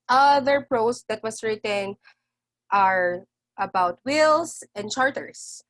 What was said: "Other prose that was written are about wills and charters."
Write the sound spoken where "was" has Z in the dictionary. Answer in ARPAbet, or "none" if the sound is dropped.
S